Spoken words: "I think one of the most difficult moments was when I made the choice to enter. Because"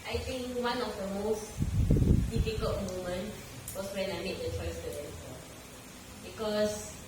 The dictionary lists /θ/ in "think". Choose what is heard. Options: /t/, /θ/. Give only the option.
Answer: /t/